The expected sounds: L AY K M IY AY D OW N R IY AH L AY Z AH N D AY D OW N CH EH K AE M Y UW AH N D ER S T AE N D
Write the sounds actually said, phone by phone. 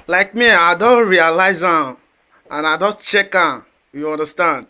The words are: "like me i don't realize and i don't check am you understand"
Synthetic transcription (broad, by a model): L AY K M IY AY D OW N R IY AH L AY Z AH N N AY D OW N CH EH K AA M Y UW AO N D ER S T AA N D